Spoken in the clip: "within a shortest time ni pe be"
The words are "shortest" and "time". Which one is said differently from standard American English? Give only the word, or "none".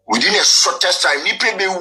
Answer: shortest